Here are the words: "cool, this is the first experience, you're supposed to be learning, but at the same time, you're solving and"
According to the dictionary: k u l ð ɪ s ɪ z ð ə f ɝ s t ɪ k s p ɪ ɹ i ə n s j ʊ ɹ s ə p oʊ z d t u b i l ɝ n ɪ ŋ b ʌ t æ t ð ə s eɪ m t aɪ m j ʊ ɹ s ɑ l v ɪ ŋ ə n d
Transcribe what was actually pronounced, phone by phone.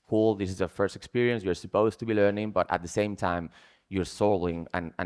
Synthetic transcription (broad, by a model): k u l ð ɪ s ɪ z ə f ɝ s t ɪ k s p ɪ ɹ i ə n s j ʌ ɹ s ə p oʊ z t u b i l ɝ n ɪ ŋ b ʌ t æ t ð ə s eɪ m t aɪ m j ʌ ɹ s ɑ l ɪ ŋ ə n